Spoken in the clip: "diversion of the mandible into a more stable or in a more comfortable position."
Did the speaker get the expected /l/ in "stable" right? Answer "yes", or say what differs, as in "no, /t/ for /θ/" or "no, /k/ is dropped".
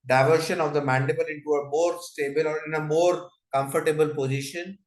yes